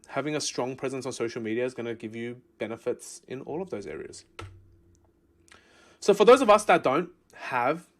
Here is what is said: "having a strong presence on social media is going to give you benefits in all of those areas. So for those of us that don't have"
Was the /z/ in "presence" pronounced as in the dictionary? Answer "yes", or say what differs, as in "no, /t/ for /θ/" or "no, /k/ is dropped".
yes